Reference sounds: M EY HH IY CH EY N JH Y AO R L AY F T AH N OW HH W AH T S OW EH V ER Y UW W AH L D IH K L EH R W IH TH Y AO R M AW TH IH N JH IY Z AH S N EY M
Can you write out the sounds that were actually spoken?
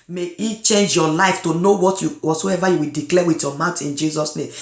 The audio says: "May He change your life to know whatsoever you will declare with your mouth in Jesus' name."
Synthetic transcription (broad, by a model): M EY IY CH EY N JH Y AO L AY F T AH N OW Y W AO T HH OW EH V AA Y UW W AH D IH K L EH W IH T Y AO M AW T IH N JH IY Z AH S N EY M